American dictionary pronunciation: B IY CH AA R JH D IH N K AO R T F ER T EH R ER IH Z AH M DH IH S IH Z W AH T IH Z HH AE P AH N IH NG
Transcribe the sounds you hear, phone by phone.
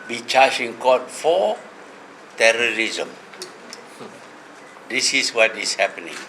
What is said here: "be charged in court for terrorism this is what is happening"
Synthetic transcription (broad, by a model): B IY CH AA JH IH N K AO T F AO T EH R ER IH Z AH M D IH S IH S W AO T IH S HH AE P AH N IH NG